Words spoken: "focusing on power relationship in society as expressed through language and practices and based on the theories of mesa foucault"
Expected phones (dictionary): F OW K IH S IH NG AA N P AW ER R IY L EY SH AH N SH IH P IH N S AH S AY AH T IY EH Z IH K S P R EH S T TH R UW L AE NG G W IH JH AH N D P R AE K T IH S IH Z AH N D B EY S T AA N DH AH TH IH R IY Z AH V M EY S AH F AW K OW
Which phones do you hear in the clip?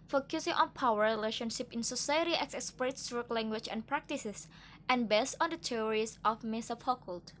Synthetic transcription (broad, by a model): F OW K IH S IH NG AA N P AW ER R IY L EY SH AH N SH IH P IH N S AH S AY AH T IY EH S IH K S P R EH T S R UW L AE NG G W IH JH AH N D P R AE K T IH S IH S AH N B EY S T AA N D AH T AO R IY S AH F M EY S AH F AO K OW